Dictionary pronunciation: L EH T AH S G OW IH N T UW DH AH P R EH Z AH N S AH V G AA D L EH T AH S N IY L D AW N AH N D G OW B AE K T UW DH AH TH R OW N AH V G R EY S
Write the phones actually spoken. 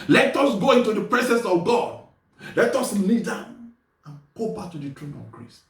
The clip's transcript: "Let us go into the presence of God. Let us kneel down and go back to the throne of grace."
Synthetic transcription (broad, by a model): L EH T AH S G OW IH N T UW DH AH P R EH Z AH N S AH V G AA D L EH T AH S L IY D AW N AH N G OW B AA K T UW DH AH T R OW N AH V G R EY S